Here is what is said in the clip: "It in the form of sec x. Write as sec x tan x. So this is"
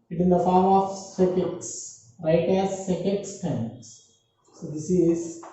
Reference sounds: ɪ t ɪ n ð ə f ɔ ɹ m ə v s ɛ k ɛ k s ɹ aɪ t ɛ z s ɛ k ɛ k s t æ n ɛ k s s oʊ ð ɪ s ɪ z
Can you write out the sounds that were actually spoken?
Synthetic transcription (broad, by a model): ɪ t ɪ n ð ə f ɔ ɹ m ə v s ɛ k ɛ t s ɹ aɪ t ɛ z s ɛ k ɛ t s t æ ɪ s s oʊ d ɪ s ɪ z